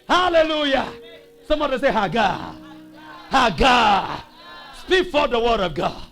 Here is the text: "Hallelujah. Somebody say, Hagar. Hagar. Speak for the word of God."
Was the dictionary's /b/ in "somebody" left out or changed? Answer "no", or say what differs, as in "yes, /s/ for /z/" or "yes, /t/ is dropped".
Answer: yes, /b/ is dropped